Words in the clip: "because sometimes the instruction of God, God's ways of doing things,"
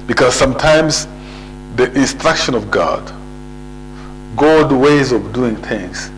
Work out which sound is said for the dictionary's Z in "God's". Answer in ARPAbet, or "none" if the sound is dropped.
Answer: none